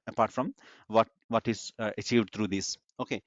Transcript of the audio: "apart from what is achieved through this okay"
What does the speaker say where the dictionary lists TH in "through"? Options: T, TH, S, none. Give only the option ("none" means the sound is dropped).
T